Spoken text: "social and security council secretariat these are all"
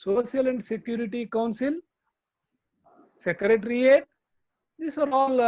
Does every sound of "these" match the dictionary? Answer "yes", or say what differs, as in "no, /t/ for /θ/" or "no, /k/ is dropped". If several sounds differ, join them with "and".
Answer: no, /s/ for /z/